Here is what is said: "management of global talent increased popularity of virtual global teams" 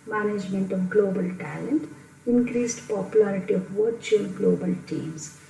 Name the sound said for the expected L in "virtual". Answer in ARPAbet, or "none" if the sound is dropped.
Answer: N